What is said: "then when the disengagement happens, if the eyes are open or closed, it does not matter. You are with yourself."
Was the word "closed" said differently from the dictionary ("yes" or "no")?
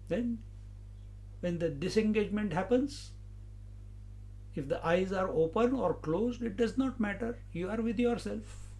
no